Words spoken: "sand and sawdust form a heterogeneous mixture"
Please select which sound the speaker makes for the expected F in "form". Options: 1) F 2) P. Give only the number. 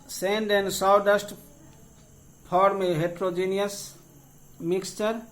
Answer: 2